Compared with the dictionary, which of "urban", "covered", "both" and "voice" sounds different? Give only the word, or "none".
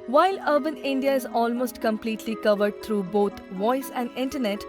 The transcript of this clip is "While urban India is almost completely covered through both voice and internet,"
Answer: both